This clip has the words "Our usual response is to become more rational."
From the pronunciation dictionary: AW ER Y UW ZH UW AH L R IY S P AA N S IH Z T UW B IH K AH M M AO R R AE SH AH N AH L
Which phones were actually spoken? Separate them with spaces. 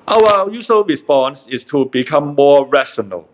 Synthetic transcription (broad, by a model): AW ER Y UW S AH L R IY S P AA N S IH S T UW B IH K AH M M AO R R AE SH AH N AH L